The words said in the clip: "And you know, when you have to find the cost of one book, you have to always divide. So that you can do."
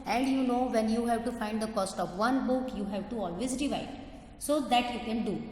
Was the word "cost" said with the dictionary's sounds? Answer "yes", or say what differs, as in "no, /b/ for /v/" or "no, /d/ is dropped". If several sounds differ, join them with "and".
yes